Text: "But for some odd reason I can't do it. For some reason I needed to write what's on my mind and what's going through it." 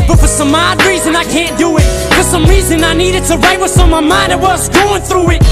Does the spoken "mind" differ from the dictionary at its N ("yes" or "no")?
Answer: no